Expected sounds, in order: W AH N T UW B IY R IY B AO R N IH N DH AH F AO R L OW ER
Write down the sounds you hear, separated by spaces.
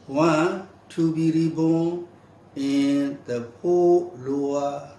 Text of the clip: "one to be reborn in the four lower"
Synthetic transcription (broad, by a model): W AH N T UW B IY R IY B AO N IH N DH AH P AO L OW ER